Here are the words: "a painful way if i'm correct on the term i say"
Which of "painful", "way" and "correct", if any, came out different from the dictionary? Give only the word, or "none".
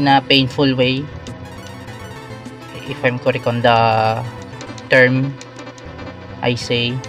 correct